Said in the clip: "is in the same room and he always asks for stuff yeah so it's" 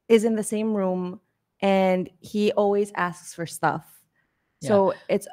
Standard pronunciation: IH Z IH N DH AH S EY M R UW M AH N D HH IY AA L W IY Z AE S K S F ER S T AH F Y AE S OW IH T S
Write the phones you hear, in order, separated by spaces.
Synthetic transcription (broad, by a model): IH Z IH N DH AH S EY M R UW M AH N HH IY AA L W IY Z AE S K S F ER S T AH F S OW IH T S